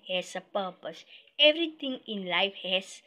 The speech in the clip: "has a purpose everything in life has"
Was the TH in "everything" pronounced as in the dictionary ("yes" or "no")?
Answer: no